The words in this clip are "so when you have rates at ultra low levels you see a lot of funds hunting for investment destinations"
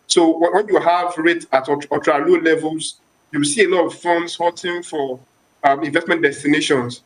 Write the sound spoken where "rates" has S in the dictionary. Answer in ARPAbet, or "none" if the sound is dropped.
none